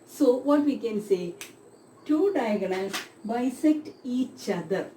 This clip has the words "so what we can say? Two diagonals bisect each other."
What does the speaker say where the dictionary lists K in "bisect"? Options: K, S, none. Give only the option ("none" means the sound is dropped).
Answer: K